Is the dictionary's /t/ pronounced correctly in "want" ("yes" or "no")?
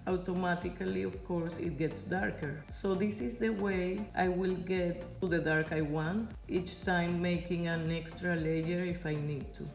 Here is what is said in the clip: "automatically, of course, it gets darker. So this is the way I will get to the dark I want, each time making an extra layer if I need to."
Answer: yes